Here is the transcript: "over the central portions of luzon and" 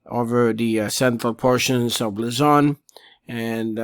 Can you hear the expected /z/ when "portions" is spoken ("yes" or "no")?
yes